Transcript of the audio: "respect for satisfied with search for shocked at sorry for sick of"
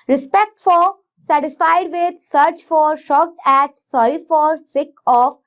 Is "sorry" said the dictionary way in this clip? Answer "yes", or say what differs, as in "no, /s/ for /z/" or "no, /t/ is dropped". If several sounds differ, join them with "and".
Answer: no, /ɹ/ is dropped